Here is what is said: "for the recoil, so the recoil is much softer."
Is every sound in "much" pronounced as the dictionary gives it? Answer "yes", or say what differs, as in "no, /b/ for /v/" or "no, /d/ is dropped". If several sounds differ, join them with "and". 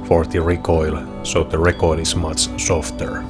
no, /s/ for /tʃ/